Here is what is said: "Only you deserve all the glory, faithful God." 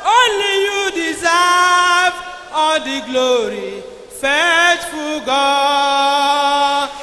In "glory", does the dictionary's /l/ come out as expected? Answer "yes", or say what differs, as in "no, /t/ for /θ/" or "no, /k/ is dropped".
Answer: yes